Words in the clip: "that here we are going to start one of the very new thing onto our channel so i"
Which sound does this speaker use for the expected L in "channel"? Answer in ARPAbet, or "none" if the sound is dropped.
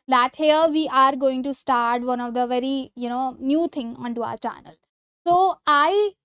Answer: L